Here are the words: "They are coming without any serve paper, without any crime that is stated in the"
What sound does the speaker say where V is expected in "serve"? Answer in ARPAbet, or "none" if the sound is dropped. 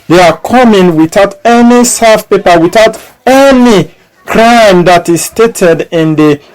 F